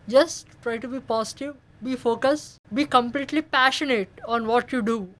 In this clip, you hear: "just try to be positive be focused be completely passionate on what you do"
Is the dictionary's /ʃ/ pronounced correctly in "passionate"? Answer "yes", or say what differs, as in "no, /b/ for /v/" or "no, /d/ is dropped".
yes